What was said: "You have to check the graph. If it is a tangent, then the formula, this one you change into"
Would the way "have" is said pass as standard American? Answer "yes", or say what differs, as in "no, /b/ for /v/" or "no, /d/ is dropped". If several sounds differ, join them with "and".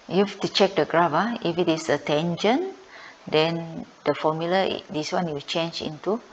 no, /f/ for /v/